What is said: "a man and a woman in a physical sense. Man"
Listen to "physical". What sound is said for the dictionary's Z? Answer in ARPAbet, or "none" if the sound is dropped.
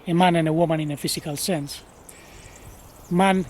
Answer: S